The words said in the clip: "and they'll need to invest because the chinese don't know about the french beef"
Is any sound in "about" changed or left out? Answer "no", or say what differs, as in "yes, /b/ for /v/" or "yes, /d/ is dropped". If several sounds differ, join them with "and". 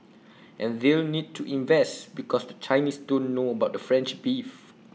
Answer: no